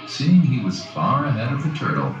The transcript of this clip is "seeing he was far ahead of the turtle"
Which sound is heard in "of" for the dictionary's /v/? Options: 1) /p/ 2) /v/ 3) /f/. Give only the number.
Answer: 2